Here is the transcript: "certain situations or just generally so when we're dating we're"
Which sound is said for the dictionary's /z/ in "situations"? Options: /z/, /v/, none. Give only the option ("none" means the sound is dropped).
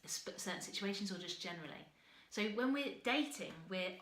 /z/